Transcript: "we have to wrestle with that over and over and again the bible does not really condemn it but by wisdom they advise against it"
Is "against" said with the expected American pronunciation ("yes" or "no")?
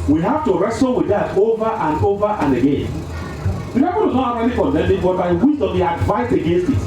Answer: yes